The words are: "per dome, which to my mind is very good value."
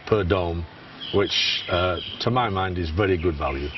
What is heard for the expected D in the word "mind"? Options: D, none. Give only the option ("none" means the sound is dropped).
D